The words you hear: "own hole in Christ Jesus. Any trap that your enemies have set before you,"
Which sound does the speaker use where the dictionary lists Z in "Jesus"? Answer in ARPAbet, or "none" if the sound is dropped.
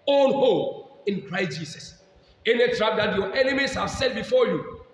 S